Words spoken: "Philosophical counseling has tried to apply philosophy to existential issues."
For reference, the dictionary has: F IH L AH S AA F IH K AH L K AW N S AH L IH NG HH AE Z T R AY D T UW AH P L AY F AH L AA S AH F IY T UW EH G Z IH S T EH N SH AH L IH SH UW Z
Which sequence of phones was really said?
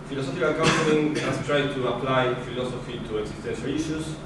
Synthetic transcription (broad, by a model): F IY L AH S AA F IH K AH L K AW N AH N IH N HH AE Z T R AY D T UW AH P L AY F AH L AA S AH F IY T UW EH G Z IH S T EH N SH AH L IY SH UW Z